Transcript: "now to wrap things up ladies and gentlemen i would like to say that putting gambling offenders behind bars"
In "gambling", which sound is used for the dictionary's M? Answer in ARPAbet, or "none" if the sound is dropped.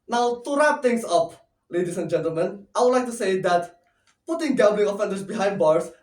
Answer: none